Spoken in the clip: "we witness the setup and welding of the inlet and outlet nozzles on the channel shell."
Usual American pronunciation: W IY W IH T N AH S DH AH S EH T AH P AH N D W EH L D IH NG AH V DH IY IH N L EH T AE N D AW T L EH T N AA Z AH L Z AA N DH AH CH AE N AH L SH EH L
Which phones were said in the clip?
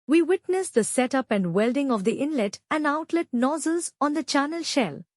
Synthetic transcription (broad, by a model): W IY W IH T N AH S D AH S EH T AH P AH N D W EH L D IH NG AH V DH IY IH N L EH T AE N D AW T L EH T N AA Z AH L Z AA N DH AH CH AE N AH L SH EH L